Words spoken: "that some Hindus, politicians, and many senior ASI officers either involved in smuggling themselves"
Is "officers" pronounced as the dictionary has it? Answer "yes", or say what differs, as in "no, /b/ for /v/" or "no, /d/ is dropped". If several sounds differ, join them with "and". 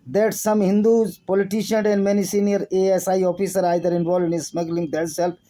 no, /z/ is dropped